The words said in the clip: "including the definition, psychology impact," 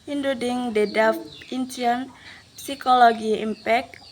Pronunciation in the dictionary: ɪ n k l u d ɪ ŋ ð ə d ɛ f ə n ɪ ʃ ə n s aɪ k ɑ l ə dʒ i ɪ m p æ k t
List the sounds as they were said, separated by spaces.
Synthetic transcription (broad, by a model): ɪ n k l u d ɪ ŋ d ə d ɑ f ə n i ə n s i k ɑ l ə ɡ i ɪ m p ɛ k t